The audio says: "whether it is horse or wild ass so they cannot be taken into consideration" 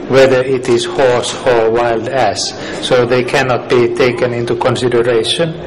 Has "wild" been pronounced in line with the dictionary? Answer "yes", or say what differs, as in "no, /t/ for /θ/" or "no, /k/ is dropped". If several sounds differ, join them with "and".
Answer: yes